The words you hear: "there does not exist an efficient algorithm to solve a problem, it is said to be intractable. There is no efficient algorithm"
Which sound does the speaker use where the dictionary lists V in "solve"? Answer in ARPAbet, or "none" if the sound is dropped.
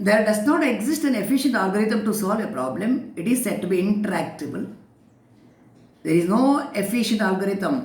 V